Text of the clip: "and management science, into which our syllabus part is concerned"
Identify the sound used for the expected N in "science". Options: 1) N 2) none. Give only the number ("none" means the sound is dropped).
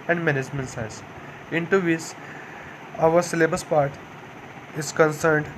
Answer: 2